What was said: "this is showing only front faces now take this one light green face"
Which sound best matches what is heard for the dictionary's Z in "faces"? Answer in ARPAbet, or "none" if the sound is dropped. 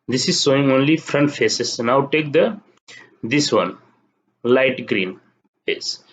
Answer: S